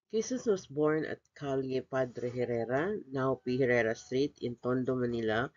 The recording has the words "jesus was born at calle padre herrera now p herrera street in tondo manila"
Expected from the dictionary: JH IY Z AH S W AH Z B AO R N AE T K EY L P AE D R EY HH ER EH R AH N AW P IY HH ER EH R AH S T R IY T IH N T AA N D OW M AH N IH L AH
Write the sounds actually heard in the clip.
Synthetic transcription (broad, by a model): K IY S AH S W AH S B AO R N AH T K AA L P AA D R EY HH ER EH R AH N AW P IY HH ER EH R AH S T R IY T IH N T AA N D OW M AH N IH L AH